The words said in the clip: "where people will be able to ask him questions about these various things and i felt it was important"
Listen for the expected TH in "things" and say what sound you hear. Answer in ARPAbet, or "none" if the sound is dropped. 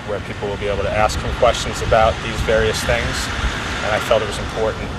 TH